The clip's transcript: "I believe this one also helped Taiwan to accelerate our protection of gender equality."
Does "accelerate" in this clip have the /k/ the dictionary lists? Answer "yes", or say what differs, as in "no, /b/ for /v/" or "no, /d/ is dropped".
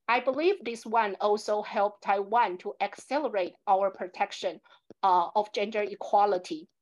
yes